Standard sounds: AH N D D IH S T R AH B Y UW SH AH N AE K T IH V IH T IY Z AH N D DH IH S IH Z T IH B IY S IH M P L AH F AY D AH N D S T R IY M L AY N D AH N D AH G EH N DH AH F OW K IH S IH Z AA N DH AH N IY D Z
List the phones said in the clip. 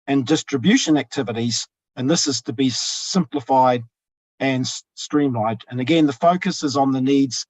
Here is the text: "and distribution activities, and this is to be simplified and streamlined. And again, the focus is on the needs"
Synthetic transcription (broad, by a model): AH N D D IH S T R AH B Y UW SH AH N AE K T IH V IH T IY Z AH N DH IH S IH Z T IH B IY S IH M P L AH F AY D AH N S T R IY M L AY D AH N AH G EH N DH AH F OW K IH S IH Z N DH AH N IY D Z